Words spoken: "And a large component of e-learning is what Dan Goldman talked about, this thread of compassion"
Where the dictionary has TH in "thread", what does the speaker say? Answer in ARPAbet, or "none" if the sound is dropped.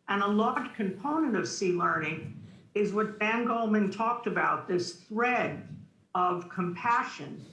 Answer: TH